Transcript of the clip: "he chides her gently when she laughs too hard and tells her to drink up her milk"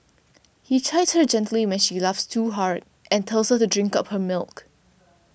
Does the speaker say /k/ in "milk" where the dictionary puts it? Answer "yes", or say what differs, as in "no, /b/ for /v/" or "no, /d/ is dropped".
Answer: yes